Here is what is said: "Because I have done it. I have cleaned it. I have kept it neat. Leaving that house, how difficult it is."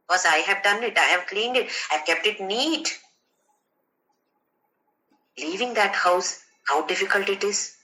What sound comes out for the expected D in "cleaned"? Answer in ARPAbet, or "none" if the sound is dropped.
D